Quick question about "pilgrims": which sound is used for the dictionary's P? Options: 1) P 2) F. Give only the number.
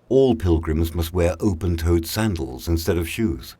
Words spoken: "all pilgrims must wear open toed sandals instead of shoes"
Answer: 1